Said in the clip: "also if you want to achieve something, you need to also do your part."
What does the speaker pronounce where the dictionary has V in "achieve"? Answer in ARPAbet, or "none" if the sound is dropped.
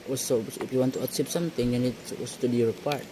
P